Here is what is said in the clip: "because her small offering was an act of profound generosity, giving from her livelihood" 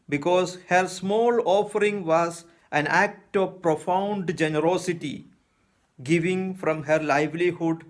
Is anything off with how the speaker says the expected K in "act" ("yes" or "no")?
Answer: no